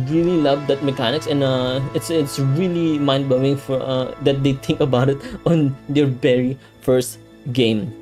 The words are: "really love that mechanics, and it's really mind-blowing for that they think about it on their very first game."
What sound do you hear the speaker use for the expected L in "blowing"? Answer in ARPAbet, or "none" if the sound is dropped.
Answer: none